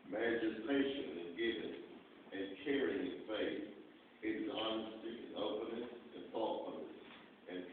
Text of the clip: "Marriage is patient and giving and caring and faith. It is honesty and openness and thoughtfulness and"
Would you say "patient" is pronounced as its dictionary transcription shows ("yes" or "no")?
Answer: no